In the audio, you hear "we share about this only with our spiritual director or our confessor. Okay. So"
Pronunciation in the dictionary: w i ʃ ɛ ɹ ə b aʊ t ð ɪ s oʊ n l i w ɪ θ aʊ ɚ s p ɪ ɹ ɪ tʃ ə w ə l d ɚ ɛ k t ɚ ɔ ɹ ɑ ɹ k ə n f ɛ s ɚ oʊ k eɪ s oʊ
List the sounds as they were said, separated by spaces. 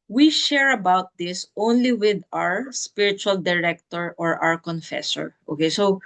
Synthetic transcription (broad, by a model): w i ʃ ɛ ɹ ə b aʊ t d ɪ s oʊ n l i w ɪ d aʊ ɚ s p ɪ ɹ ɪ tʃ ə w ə l d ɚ ɛ k t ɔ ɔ ɹ ɑ ɹ k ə n f ɛ s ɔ oʊ k eɪ s oʊ